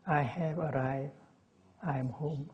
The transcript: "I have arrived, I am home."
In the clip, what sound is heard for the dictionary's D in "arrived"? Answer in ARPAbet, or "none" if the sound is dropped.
none